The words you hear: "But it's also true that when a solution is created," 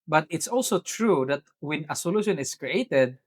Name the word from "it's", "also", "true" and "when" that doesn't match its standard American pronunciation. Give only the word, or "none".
none